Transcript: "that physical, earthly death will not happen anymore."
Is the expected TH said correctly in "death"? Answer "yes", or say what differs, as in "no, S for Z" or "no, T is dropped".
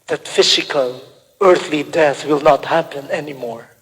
yes